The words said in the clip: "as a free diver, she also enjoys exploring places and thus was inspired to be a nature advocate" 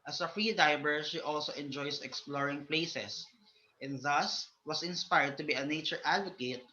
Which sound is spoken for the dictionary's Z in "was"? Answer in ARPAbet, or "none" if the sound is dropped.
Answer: S